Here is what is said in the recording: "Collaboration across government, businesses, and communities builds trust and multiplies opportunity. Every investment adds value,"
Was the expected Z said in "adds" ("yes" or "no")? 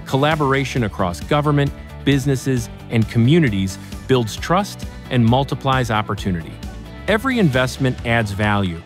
yes